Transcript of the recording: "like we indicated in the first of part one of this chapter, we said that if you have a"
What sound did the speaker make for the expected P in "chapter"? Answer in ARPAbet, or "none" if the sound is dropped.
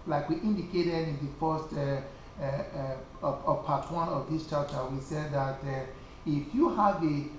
none